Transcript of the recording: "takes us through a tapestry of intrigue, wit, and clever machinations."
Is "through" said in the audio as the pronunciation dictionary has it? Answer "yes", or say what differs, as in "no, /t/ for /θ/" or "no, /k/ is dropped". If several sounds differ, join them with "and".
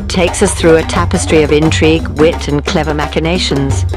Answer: yes